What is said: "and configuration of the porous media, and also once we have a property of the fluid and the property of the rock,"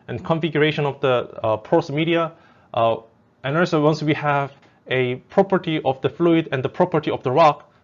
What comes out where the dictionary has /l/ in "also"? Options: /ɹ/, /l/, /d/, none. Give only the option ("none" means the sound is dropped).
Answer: none